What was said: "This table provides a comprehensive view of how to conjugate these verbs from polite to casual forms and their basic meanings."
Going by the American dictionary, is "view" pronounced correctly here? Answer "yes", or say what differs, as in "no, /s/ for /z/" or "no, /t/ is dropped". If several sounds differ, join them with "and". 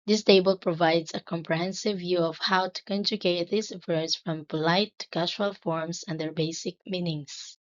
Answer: yes